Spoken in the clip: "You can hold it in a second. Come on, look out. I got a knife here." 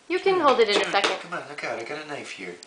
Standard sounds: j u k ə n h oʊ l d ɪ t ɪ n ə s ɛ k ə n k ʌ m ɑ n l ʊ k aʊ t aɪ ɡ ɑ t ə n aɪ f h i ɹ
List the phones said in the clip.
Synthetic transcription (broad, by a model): j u k ə n h oʊ l d ɪ t ɪ n ə s ɛ k ə n k ʌ m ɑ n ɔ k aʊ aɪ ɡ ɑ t ə n aɪ f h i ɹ